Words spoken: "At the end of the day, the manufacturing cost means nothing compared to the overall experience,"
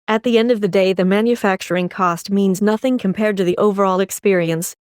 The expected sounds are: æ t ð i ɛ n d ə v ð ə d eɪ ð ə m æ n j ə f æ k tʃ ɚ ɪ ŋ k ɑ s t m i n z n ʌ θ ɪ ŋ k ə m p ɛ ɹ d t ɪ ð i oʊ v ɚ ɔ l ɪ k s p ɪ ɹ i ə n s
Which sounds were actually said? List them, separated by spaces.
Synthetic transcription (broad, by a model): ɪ t ð i ɛ n d ə v ð ə d eɪ ð ə m æ n j ə f æ k tʃ ɚ ɪ ŋ k ɑ s t m i n z n ʌ θ ɪ ŋ k ə m p ɛ ɹ d t ɪ ð i oʊ v ɚ ɔ l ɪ k s p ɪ ɹ i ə n s